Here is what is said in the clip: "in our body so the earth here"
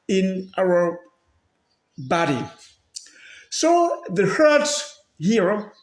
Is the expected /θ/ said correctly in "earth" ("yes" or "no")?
no